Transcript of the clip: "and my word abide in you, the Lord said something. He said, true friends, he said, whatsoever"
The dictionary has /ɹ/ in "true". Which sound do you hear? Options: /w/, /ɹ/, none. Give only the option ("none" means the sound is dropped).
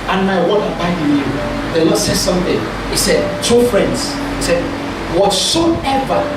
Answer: none